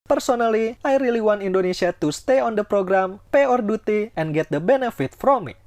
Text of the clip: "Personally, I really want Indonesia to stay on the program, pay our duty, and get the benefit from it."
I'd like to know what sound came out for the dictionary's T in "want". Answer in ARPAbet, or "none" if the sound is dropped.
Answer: none